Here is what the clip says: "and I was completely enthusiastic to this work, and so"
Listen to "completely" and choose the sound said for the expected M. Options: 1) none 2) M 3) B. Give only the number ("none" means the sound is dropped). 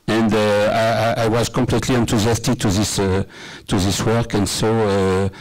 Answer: 2